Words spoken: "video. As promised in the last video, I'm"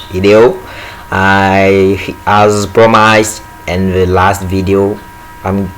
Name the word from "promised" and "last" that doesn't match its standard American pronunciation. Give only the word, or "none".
promised